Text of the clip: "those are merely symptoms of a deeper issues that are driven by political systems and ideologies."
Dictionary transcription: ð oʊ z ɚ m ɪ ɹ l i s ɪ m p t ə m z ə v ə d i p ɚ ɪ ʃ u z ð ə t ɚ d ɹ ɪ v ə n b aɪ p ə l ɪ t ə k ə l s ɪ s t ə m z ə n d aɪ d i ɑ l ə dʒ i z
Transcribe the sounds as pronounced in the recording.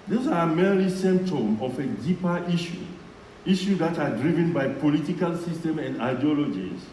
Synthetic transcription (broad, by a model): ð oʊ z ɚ m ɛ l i s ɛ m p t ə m ə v ə d i p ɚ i ʃ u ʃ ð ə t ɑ d ɹ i v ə n b aɪ p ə l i t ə k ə l s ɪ s t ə m ə n d aɪ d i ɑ l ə dʒ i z